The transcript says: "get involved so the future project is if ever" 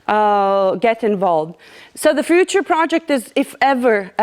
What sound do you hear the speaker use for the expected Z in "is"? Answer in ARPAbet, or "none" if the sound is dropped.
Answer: Z